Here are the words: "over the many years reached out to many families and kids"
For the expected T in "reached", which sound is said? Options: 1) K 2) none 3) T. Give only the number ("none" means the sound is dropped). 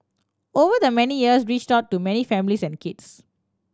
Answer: 3